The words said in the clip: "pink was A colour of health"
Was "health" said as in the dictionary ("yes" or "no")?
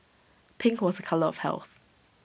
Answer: yes